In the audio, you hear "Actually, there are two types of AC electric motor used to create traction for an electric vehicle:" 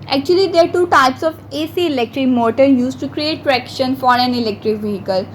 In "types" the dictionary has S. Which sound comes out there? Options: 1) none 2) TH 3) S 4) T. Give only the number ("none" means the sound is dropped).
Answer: 3